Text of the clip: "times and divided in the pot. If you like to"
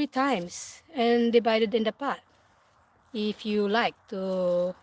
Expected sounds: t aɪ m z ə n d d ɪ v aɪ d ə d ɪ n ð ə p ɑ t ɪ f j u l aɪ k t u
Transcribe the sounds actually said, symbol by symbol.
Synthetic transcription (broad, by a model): t aɪ m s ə n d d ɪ b aɪ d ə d ɪ n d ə p ɑ t ɪ f j u l aɪ k t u